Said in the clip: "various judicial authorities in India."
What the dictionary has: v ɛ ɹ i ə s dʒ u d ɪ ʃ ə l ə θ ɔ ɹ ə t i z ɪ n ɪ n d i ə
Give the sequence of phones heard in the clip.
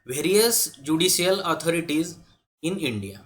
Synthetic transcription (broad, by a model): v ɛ ɹ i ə s dʒ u d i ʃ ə l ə t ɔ ɹ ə t i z ɪ n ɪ n d i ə